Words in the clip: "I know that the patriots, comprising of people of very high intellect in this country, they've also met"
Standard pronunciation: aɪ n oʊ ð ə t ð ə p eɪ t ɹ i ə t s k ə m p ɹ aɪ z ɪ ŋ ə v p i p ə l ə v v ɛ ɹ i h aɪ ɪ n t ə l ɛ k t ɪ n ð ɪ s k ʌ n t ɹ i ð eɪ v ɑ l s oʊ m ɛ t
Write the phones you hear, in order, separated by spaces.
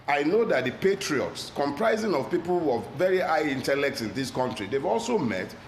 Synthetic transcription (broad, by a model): aɪ n oʊ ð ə t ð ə p eɪ t ɹ i ə t s k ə m p ɹ aɪ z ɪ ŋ ə v p i p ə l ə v v ɛ ɹ i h aɪ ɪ n t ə l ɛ k t ɪ n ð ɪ s k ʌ n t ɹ i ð eɪ v ɑ l s oʊ m ɛ t